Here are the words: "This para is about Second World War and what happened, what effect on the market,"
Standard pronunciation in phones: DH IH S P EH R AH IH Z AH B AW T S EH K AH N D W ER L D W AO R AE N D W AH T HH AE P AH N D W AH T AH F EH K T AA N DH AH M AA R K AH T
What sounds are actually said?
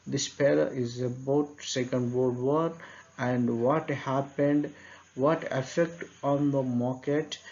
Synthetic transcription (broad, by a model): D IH S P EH L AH IH Z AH B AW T S EH K AH N D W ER D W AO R AE N D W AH T HH AE P AH N D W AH T AH F EH K T AA N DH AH M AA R K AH T